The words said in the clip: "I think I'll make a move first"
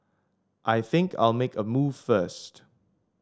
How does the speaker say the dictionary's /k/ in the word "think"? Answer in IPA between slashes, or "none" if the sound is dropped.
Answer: /k/